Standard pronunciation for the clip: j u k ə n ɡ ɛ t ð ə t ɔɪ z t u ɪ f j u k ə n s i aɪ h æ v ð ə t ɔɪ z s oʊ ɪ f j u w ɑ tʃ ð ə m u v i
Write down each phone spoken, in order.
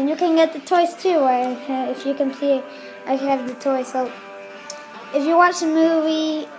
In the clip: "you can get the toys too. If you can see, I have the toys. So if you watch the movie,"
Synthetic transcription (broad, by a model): j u k ə n ɡ ɛ t ð ə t ɔɪ s t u ɪ f j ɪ k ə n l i aɪ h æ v ð ə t ɔɪ s oʊ ɪ f j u w ɑ tʃ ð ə m u v i